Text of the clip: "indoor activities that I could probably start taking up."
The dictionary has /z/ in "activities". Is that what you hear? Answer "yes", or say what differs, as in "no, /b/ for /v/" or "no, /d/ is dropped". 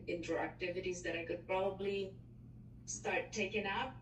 yes